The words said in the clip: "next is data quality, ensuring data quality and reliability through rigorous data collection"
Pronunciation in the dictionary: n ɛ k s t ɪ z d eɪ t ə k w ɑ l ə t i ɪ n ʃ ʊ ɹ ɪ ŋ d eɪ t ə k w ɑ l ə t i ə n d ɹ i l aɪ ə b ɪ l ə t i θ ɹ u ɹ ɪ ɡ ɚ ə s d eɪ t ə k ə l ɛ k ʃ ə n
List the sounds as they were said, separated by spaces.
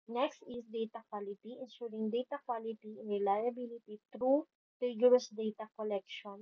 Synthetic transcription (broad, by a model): n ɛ k s t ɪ s d eɪ t ə k w ɑ l ə t i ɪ n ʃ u ɹ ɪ ŋ d eɪ t ə k w ɑ l ə t i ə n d ɹ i l aɪ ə b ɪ l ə t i t ɹ u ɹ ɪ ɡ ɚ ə s d eɪ t ə k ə l ɛ k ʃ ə n